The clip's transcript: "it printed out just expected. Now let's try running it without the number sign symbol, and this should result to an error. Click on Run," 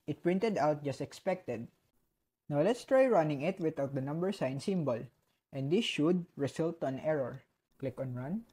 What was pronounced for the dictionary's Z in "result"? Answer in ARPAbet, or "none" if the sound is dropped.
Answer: S